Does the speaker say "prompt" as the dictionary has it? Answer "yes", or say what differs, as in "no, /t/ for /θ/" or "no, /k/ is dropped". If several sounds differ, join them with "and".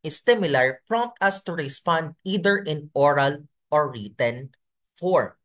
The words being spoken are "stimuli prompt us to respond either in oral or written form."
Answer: yes